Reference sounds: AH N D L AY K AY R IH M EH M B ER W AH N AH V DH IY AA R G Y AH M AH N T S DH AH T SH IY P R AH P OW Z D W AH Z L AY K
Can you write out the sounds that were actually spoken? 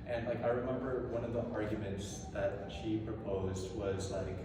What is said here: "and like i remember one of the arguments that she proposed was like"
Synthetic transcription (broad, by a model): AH N L AY K AY R IH M EH M B ER W AH N AH V DH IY AA R G Y AH M AH N T S DH AH T SH IY P R AH P OW Z D W AH Z L AY K